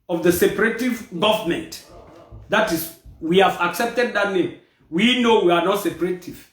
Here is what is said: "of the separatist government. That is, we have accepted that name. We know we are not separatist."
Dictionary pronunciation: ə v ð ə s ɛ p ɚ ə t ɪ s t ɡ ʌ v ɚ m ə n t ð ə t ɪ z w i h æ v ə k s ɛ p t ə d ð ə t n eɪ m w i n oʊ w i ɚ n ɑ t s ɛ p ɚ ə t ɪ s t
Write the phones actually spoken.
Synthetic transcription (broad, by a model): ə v ð ə s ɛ p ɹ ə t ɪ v ɡ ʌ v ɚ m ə n t ð ə t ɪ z w i h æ v ə k s ɛ p t ə d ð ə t n eɪ m w i n oʊ w i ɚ n ɑ t s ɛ p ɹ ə t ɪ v